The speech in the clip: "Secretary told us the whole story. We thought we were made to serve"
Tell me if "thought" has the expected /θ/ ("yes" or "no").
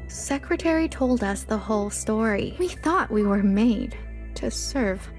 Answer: yes